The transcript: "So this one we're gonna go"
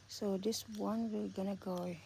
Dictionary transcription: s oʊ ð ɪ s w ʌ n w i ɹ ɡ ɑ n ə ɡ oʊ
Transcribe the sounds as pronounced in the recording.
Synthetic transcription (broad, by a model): s oʊ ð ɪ s w ʌ n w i l ɡ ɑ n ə ɡ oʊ